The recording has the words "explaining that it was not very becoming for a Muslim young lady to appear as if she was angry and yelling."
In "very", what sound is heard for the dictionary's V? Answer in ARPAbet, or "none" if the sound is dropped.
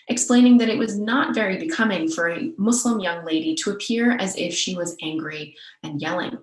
V